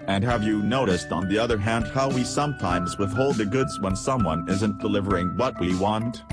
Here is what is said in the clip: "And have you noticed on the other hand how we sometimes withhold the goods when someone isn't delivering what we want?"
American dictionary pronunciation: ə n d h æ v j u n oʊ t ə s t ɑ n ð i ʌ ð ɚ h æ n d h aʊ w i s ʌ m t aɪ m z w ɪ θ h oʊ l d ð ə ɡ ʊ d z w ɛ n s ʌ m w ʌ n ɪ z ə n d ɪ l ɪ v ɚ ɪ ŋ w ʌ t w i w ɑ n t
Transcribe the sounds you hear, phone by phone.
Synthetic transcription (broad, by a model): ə n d h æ v j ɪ n oʊ t ə s t n ð i ʌ ð ɚ h æ n d h aʊ w i s ʌ m t aɪ m z w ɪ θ h oʊ l d ð ə ɡ ʊ d z w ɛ n s ʌ m w ʌ n ɪ z ə n d ɪ l ɪ v ɚ ɪ ŋ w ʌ t w i w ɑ n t